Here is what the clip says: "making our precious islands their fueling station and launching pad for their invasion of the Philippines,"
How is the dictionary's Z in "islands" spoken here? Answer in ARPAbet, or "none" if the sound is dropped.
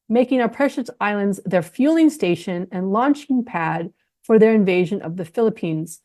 Z